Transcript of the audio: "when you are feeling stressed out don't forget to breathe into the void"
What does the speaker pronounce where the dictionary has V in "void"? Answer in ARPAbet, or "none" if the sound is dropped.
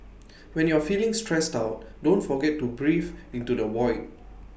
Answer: W